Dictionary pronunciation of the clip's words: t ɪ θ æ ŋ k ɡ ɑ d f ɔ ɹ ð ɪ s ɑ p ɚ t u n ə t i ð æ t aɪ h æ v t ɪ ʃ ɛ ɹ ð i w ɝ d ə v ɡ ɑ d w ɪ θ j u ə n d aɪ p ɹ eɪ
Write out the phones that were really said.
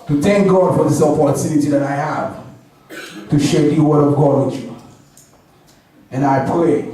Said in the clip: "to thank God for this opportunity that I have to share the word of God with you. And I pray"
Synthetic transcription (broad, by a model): t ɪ θ æ ŋ k ɡ ɑ d f ɔ ɹ ð ɪ s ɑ f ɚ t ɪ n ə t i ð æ t aɪ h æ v t ɪ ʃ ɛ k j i w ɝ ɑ ə v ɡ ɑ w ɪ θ j u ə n aɪ p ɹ eɪ